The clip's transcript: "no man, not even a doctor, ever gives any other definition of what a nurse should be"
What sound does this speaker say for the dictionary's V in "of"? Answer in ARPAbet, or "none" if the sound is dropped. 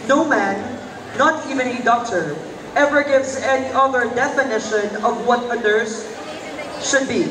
V